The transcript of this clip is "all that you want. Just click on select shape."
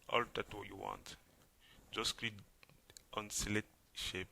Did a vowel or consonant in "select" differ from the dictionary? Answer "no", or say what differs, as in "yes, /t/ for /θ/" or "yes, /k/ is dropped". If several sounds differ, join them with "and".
yes, /k/ is dropped